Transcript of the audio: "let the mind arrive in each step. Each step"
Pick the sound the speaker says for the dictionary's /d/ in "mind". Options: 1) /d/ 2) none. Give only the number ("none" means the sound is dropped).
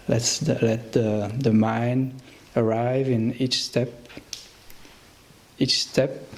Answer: 2